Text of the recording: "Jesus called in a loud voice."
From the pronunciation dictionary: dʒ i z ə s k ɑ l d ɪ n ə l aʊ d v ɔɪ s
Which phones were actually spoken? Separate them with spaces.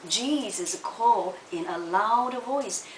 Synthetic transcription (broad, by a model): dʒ i z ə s k ɑ l ɪ n ə l aʊ d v ɔɪ s